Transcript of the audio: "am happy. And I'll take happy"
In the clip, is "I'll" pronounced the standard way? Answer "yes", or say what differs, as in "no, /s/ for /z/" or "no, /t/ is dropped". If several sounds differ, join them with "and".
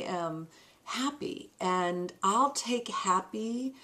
yes